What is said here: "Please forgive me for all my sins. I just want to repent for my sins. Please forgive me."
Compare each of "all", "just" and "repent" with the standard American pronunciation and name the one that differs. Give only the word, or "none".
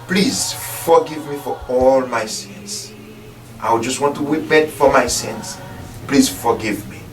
repent